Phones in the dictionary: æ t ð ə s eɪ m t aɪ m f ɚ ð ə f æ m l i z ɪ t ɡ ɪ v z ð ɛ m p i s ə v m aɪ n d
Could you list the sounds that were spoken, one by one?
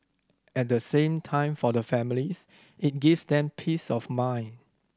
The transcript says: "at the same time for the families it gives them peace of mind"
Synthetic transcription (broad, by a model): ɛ t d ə s eɪ m t aɪ m f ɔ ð ə f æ m l i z ɪ t ɡ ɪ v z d ɛ m p i s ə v m aɪ n